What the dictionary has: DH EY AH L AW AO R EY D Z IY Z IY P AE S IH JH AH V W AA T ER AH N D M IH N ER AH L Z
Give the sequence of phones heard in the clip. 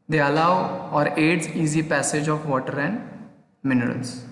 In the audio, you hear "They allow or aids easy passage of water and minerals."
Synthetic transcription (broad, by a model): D EY AH L AW AO R EY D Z IY Z IY P AE S IH JH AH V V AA T ER AH N D M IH N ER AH L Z